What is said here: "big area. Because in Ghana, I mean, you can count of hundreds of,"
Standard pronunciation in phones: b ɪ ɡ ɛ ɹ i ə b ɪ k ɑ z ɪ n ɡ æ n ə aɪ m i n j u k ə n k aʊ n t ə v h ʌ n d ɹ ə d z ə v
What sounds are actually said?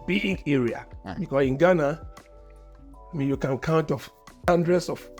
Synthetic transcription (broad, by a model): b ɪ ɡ ɛ ɹ i ə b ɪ k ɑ s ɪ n ɡ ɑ n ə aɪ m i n j u k ə n k aʊ n t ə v h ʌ n d ɹ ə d s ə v